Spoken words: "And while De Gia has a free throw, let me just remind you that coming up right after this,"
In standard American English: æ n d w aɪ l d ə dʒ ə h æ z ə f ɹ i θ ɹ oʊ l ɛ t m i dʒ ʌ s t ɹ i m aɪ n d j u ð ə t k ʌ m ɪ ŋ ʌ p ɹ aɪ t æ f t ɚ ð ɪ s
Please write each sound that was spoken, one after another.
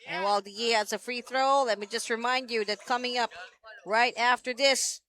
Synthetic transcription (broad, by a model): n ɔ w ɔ l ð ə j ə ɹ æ s ə f ɹ i θ ɹ oʊ l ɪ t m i dʒ ʌ s t ɹ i m aɪ n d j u ð ə t k ʌ m ɪ ŋ ʌ p ɹ aɪ t æ f t ɚ ð ɪ s